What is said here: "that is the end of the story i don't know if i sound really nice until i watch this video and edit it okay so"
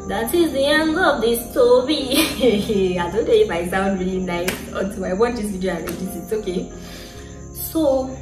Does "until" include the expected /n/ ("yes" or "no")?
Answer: no